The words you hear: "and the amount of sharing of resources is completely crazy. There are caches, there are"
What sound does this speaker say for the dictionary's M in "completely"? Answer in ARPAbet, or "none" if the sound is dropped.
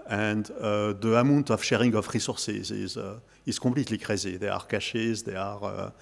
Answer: none